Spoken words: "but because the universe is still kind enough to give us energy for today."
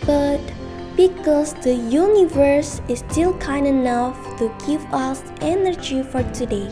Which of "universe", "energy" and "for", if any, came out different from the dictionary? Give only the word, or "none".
none